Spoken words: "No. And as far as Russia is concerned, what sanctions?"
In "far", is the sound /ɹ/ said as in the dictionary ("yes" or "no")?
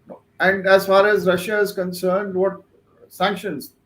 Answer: yes